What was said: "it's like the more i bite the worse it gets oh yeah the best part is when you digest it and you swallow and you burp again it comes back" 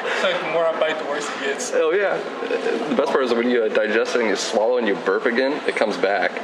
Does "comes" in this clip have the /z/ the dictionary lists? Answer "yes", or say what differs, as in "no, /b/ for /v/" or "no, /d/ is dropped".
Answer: yes